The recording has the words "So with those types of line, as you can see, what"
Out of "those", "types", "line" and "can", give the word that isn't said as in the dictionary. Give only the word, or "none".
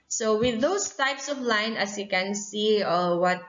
those